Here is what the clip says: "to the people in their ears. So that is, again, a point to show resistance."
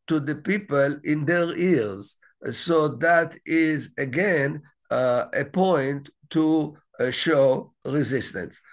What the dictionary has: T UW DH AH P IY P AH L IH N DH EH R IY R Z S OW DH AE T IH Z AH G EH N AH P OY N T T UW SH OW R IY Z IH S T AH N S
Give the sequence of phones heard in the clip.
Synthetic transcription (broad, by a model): T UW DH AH P IY P AH L IH N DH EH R IY R Z S OW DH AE T IH Z AH G EH N AH P OY N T T UW SH OW R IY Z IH S T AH N S